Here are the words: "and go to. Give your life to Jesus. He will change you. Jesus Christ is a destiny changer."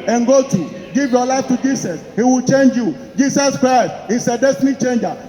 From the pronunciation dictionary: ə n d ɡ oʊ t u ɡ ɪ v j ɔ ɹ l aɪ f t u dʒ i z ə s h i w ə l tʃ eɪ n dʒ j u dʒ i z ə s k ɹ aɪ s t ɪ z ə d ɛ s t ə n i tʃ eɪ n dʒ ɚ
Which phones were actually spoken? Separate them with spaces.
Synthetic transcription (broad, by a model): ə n ɡ oʊ t u ɡ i v j ɔ l aɪ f t u dʒ i s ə s h i w ə l tʃ eɪ n dʒ j u dʒ i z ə s k ɹ aɪ s t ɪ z ə d ɛ s t ə n i tʃ eɪ n dʒ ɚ